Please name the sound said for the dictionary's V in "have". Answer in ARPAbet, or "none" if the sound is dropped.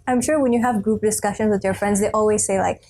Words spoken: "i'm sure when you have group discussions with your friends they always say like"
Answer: V